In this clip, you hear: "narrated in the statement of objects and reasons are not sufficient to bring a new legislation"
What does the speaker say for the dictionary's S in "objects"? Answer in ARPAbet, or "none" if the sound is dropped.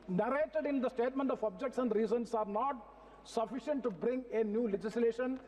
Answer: S